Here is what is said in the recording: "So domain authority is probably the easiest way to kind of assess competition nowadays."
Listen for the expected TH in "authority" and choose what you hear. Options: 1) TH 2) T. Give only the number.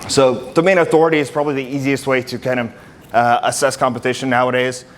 1